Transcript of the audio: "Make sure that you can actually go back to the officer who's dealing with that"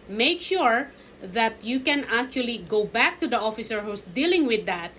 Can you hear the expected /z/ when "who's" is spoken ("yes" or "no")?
no